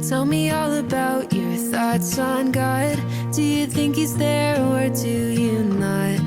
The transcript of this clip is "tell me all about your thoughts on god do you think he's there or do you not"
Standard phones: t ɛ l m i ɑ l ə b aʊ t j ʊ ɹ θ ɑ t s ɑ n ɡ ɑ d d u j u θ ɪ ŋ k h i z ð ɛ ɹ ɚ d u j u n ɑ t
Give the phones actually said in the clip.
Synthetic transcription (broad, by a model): t ɛ l m i ɑ l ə b aʊ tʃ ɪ ɹ θ ɑ t s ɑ n ɡ ɑ d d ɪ j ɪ θ ɪ ŋ k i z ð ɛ ɹ ɚ d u j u n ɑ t